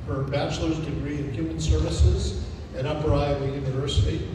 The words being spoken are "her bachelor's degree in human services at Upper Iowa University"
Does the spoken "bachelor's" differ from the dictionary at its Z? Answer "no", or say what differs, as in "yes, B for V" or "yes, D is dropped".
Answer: no